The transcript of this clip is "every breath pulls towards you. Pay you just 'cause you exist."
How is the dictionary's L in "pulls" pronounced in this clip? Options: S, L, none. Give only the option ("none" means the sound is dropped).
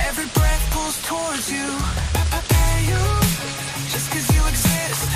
none